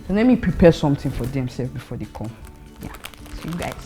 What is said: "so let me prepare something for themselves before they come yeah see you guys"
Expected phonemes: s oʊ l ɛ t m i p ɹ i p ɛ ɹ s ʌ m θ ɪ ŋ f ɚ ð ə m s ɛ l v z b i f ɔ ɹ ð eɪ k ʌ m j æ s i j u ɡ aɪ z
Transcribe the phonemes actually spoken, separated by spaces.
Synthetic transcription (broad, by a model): s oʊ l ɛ m i p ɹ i p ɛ s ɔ m t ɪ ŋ f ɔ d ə m s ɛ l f b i f ɔ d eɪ k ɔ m j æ s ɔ j u ɡ aɪ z